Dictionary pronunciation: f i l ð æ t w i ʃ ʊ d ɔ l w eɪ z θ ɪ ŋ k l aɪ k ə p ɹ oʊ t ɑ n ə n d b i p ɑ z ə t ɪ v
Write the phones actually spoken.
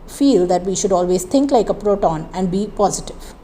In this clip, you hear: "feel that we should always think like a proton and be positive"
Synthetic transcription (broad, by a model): f i l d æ t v i ʃ ʊ d ɔ l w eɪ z t ɪ ŋ k l aɪ k ə p ɹ oʊ t ɑ n ə n d b i p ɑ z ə t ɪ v